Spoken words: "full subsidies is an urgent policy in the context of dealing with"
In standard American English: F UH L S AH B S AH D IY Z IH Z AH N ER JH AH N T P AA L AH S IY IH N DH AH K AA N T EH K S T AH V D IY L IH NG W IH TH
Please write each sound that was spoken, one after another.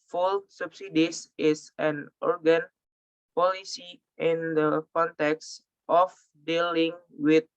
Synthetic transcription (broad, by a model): F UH L S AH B S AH D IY S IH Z AH N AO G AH N P AA L AH S IY IH N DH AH K AA N T EH K S T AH F D IY L IH NG W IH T